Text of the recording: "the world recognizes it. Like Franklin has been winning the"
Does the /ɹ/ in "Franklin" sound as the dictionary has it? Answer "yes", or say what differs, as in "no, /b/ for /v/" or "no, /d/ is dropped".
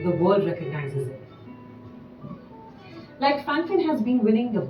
no, /ɹ/ is dropped